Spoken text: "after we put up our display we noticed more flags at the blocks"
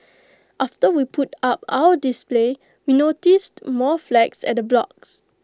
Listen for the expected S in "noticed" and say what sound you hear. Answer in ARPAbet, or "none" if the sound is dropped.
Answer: S